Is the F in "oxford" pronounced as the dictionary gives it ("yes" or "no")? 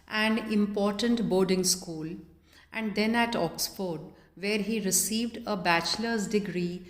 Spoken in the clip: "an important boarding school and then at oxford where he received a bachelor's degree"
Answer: yes